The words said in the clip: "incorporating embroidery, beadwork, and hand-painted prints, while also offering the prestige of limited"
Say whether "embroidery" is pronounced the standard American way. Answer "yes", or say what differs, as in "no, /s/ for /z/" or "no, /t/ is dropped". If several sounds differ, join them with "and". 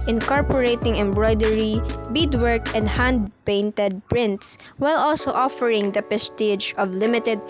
yes